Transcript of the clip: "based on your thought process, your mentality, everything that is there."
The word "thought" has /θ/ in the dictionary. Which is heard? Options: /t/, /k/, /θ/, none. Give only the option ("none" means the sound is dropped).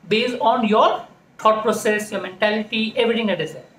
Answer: /t/